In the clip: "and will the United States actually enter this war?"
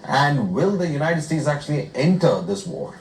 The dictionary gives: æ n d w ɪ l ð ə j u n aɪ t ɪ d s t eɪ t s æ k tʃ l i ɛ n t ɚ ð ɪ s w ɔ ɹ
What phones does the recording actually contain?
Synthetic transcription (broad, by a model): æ n d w ɪ l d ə j u n aɪ t ɪ d s t eɪ t s æ k tʃ l i ɛ n t ɚ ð ɪ s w ɔ ɹ